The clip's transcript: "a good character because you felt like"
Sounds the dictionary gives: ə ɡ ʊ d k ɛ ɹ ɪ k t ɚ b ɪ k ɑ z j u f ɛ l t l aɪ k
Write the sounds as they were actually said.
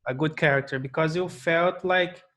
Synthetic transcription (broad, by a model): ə ɡ ʊ d k ɛ ɹ ɪ k t ɚ b ɪ k ɑ z j u f ɛ l t l aɪ k